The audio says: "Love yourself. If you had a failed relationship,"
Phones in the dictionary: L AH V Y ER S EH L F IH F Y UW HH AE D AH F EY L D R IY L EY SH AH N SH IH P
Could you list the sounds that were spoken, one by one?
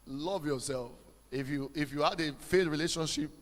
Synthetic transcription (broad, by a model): L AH V Y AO S EH L F IH F Y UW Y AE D AH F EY D R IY L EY SH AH N SH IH P